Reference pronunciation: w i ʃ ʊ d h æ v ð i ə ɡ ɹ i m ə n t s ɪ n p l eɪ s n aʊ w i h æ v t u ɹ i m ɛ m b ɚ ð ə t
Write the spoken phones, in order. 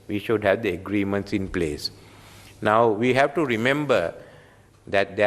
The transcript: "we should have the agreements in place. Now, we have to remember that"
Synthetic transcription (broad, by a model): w i ʃ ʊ d h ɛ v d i ə ɡ ɹ i m ə n t s ɪ n p l eɪ s n aʊ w i h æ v t u ɹ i m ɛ m b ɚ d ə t